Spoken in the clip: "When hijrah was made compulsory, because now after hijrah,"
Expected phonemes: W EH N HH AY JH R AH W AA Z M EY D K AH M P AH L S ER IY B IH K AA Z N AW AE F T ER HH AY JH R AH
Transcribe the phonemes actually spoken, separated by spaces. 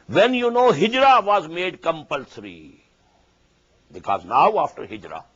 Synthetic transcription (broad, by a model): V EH N HH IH JH R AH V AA Z M EY D K AH M P AH L S ER IY B IH K AA Z N AW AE F T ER HH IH JH R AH